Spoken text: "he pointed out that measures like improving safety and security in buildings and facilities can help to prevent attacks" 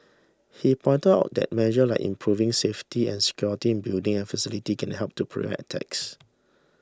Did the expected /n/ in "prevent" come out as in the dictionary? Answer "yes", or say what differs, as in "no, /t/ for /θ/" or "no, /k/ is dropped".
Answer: no, /n/ is dropped